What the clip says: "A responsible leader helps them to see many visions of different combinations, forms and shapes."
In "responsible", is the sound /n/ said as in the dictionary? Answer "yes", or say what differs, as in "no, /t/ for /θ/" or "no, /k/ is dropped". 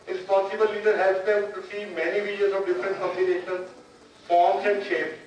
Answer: no, /n/ is dropped